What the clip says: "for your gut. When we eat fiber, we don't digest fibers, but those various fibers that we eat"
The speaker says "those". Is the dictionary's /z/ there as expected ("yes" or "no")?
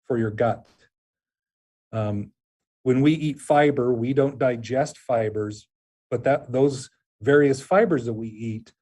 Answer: yes